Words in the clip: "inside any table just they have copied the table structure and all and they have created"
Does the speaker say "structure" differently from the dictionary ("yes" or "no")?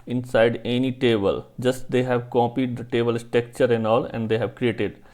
yes